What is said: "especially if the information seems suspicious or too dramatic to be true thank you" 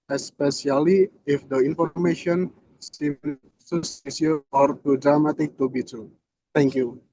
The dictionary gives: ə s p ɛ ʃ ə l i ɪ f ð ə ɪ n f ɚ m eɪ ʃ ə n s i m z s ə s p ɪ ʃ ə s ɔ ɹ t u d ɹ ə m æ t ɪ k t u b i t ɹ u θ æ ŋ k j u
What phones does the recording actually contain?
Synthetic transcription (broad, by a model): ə s p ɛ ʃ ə l i ɪ f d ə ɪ n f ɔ m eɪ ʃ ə n s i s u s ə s i ə ɔ ɹ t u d ɹ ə m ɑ t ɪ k t u b i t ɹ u t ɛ ŋ k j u